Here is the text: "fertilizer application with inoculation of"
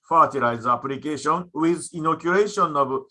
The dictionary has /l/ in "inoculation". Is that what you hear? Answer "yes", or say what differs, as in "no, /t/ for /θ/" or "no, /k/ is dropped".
no, /l/ is dropped